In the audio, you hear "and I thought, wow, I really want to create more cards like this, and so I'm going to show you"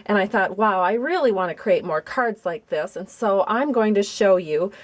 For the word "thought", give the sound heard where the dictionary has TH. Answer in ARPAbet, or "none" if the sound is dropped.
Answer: TH